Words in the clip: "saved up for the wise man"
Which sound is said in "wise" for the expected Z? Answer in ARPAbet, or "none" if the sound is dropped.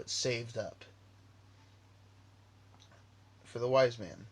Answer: Z